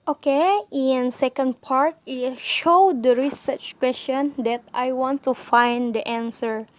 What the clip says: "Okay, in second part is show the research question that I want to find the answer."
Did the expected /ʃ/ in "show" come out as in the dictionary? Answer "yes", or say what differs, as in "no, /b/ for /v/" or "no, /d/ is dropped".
yes